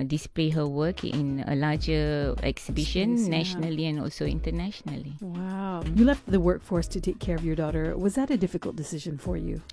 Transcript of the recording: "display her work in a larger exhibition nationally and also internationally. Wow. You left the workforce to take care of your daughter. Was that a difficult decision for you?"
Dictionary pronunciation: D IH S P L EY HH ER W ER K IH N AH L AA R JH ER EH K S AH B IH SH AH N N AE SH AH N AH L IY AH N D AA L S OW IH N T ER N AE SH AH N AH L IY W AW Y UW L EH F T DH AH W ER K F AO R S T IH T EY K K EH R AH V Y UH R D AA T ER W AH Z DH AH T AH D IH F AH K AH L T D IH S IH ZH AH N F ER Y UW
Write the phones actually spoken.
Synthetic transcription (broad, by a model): D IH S P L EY HH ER W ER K IH N AH L AA JH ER EH K S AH B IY SH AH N N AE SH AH N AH L IY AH N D AA L S OW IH N T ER N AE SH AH N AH L IY W AW Y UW L EH F T DH AH W ER K F AO R S T IH T EY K K EH R AH V Y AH R D AA T ER W AH Z DH AH T AH D IH F AH K AH L T D IH S IH ZH AH N F ER Y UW